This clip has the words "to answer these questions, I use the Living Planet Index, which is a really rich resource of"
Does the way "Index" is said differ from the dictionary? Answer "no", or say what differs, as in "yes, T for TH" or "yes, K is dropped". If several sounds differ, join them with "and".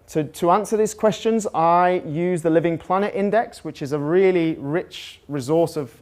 no